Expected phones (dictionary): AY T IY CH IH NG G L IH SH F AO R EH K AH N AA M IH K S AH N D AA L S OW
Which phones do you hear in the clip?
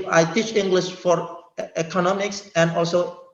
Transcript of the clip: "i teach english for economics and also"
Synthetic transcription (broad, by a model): AY T IY CH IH NG G L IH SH F AO R EH K AH N AA M IH K S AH N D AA L S OW